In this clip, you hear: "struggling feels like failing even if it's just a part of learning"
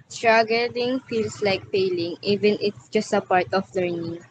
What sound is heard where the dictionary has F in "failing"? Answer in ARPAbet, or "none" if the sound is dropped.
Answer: P